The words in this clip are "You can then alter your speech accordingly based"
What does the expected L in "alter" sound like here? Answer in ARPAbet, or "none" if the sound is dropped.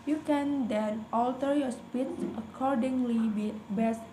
L